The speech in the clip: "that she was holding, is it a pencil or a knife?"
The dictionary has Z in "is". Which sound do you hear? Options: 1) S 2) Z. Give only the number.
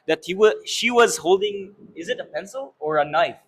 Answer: 2